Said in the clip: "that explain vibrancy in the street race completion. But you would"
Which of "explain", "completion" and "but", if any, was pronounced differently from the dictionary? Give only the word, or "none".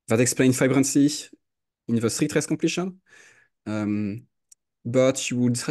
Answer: completion